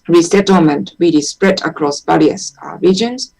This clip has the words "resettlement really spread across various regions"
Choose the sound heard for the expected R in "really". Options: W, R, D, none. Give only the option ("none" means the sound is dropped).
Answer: W